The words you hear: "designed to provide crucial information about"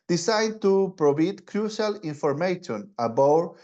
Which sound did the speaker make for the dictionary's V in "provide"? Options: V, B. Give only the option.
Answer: B